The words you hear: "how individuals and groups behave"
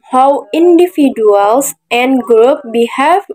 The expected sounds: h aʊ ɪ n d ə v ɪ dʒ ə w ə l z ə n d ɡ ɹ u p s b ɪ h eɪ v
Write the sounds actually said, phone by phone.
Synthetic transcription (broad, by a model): h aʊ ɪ n d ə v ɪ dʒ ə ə l s ə n d ɡ ɹ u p b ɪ h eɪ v